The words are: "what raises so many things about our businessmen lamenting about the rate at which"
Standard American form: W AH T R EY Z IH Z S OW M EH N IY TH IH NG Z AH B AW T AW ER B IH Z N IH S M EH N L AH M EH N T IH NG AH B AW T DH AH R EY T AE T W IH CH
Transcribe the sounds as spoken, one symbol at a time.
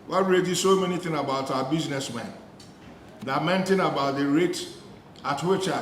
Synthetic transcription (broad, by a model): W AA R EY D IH S OW M EH N IY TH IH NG AH B AW T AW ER B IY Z N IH S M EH N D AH M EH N T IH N AH B AW T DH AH R EY T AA T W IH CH